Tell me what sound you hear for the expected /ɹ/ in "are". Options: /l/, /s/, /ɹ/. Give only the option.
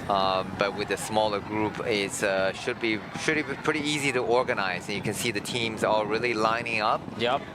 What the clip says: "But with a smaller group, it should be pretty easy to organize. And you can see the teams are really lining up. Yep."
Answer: /l/